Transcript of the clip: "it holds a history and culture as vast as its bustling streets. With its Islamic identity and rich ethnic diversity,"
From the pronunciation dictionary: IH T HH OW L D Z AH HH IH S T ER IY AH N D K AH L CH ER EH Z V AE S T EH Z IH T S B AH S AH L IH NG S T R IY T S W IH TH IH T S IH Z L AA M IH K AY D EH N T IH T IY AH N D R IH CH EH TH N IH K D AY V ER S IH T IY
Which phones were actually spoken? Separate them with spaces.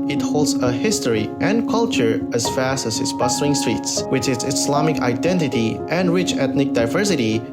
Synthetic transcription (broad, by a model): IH T HH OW L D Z AH HH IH S T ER IY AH N K AH L CH ER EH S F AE S T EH S IH T S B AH S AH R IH NG S T R IY T S W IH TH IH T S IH S L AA M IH K AY D EH N T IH T IY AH N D R IH CH EH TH N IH K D AY V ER S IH T IY